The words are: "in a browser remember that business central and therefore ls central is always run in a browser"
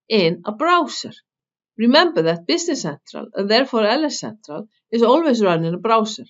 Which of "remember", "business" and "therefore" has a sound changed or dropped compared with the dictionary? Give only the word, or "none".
business